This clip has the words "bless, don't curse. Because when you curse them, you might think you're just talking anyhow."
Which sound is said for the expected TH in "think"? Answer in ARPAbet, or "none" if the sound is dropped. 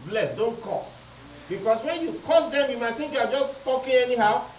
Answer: T